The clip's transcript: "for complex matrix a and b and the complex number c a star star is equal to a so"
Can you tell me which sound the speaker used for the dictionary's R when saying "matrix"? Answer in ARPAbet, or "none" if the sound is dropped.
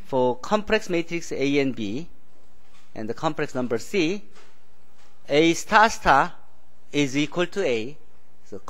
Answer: R